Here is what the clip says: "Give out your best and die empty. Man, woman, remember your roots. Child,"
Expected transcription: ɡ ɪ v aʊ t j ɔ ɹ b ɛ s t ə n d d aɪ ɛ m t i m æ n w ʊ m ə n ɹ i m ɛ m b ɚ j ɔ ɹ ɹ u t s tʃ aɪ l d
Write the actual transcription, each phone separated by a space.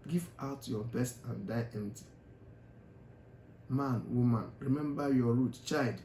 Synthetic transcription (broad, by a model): ɡ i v aʊ t j ɔ b ɛ s t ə n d d aɪ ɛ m t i m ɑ n w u m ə n ɹ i m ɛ m b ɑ j ɔ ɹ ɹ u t tʃ aɪ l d